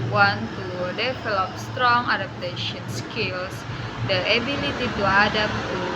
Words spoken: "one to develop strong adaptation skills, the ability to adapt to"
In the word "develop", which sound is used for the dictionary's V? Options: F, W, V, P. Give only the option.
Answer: F